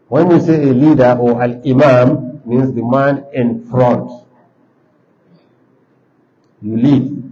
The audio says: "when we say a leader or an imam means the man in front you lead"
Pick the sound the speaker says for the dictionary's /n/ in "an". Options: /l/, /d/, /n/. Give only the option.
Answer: /l/